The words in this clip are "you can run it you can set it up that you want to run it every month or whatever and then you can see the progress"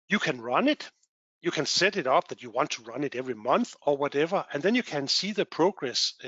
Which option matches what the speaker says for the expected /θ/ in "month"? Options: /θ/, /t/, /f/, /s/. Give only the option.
/θ/